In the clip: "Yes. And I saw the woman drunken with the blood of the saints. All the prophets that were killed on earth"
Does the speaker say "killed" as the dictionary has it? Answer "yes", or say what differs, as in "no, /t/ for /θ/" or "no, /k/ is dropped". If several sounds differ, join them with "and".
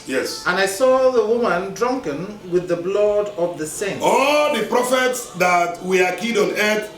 no, /l/ is dropped